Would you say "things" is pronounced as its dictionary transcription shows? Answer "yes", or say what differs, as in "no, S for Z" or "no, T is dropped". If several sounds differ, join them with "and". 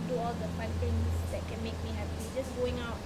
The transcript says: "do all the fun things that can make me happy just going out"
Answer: no, T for TH